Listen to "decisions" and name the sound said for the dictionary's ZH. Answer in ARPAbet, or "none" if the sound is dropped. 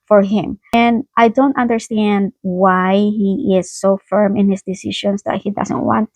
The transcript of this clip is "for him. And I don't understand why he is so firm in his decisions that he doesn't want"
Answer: SH